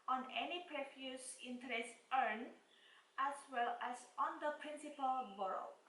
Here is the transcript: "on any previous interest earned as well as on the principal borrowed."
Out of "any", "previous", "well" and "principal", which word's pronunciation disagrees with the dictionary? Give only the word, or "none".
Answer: previous